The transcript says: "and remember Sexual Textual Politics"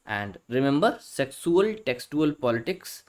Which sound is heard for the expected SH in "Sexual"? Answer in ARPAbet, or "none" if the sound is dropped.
S